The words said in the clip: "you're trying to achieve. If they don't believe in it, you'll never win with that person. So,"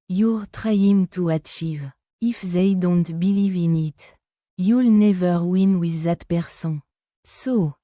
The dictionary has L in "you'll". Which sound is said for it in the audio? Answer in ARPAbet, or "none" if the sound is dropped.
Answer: L